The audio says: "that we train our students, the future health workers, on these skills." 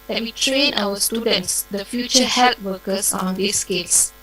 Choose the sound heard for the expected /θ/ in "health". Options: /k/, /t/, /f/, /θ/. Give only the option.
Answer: /t/